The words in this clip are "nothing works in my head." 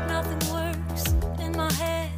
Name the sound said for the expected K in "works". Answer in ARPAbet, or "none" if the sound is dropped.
none